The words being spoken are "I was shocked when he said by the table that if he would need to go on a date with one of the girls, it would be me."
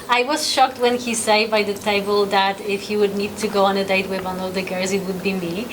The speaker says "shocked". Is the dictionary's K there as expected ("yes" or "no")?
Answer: yes